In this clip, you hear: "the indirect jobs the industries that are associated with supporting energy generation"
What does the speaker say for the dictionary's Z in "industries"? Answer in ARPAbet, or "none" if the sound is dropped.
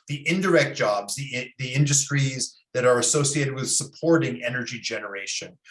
Z